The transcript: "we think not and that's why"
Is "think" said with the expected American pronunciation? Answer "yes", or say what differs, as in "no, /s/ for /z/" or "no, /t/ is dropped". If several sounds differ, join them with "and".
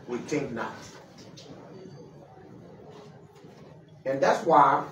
no, /t/ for /θ/